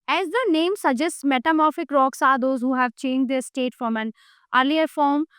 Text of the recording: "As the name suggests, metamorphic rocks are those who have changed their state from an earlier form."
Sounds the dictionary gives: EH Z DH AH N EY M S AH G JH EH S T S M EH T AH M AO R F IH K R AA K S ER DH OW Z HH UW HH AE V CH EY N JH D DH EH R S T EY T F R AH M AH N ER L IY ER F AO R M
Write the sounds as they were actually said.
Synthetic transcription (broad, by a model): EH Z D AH N EY M S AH JH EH S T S M EH T AH M AO R F IH K R AA K S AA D OW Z HH UW HH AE V CH EY N JH D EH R S T EY T F R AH M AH N ER L IY ER F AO R M